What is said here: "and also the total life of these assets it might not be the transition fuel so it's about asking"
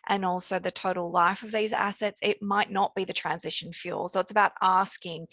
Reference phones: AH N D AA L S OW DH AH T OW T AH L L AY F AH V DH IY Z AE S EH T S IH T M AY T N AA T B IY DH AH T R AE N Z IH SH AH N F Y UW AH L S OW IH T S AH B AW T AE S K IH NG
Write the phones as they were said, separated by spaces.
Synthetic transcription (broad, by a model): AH N AA L S OW DH AH T OW T L L AY F AH V DH IY Z AE S EH T S IH T M AY T N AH T B IY DH AH T R AE N Z IH SH AH N F Y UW L S OW IH T S AH B AW T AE S K IH NG